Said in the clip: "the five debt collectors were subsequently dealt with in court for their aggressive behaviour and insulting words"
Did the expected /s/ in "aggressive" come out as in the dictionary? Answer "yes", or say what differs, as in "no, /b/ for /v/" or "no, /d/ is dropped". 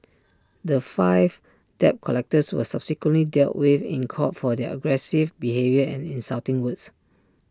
yes